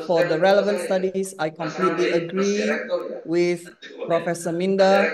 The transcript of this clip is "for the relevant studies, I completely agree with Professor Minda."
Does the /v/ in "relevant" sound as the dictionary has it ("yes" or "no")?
yes